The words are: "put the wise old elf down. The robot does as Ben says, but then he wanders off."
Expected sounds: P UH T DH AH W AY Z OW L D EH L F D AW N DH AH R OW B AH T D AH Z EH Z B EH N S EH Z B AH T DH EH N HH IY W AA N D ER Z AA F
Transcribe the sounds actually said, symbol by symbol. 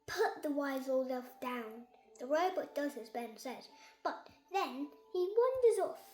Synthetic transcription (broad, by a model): P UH T DH AH W AY Z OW L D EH F D AW N DH AH R OW B AH T D AH Z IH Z B EH N S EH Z B AH T DH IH N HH IY W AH N D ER Z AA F